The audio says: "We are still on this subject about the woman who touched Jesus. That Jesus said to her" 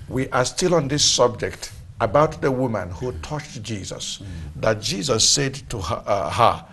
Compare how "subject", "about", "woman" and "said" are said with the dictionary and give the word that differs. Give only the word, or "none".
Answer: none